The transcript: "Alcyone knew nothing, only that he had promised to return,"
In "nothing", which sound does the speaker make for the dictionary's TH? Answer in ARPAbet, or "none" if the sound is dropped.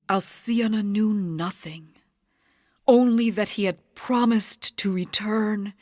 TH